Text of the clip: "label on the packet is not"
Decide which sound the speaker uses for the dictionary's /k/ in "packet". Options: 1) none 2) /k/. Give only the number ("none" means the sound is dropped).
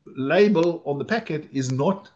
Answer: 2